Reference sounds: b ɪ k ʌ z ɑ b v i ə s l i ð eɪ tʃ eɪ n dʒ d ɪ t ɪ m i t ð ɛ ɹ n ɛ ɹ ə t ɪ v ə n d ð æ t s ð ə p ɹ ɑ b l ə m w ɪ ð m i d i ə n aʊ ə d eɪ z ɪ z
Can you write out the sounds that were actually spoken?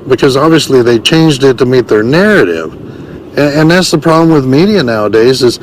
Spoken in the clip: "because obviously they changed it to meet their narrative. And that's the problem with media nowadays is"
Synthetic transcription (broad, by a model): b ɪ k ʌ z ɑ b v i ə s l i ð eɪ tʃ eɪ n dʒ d ɪ t ɪ m i t ð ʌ ɹ n ɛ ɹ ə t ɪ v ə n ð æ t s ð ə p ɹ ɑ b l ə m w ɪ ð m i d i ə n aʊ ə d eɪ z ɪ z